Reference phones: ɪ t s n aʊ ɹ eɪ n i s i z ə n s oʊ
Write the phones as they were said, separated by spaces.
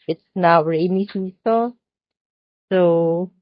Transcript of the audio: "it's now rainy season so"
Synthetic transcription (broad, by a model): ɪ t s n aʊ ɹ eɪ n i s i s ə s oʊ